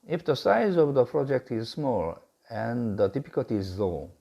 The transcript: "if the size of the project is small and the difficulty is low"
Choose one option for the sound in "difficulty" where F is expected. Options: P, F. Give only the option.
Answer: P